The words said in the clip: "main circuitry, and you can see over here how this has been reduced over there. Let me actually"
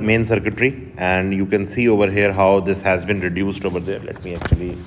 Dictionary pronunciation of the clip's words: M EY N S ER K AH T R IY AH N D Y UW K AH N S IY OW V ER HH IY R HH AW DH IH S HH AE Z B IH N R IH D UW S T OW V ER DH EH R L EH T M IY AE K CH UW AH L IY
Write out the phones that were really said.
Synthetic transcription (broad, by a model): M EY N S ER K AH T R IY AH N D Y UW K AH N S IY OW V ER HH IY R HH AW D IH S HH AE Z B IH N R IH D UW S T OW V ER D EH R L EH T M IY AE K CH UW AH L IY